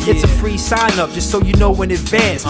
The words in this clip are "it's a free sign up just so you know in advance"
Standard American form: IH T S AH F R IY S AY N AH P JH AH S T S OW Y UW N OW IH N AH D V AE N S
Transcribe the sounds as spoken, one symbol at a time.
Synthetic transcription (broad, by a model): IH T S AH F R IY S AY N AH P JH AH S T S OW Y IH N OW IH N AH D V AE N S